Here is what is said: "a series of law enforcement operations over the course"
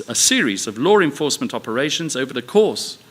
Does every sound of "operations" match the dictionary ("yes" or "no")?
yes